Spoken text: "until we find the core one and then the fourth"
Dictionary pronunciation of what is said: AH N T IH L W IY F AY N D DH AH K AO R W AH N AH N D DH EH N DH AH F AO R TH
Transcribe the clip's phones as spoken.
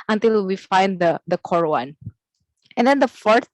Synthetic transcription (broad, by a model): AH N T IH L W IY F AY N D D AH K AO R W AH N AH N D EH N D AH F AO R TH